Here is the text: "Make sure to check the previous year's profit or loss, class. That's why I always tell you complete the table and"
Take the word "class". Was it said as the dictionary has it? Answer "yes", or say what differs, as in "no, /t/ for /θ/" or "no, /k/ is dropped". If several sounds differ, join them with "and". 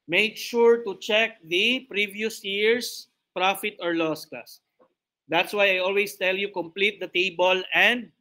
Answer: no, /l/ is dropped